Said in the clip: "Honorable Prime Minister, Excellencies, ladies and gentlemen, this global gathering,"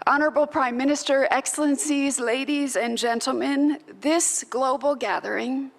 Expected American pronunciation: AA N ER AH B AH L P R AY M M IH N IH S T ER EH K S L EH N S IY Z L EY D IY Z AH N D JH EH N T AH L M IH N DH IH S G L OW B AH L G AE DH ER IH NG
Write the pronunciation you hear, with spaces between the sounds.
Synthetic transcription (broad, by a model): AA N ER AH B L P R AY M M IH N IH S T ER EH K S L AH N S IY Z L EY D IY Z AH N JH EH N T L M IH N DH IH S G L OW B L G AE DH ER IH NG